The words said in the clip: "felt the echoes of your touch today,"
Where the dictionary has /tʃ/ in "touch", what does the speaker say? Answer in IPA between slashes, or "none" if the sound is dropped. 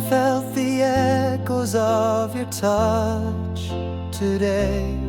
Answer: /tʃ/